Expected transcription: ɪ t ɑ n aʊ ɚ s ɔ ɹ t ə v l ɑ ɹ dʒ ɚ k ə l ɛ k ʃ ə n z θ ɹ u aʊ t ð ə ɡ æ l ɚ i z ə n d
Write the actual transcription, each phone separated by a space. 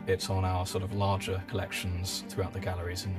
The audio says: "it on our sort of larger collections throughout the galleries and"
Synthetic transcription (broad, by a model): ɪ t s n aʊ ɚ s ɔ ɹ t ə v l ɑ dʒ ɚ k ə l ɛ k ʃ ə n z θ ɹ u aʊ t ð ə ɡ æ l ɚ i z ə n